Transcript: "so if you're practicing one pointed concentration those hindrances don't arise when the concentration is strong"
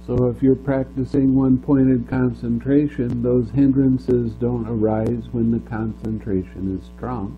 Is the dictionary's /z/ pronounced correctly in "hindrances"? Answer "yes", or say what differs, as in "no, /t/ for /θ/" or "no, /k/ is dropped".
yes